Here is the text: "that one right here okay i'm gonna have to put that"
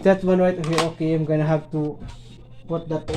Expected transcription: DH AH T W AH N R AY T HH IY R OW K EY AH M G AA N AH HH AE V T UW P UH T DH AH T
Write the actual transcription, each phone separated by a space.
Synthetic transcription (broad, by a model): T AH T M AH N W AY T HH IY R OW K EY AH M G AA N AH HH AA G T UW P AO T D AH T